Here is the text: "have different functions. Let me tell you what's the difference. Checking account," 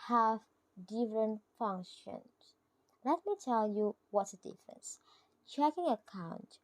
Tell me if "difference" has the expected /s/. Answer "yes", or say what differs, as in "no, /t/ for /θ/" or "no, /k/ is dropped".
yes